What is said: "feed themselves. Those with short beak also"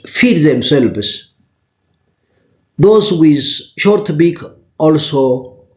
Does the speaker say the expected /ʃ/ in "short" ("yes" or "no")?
yes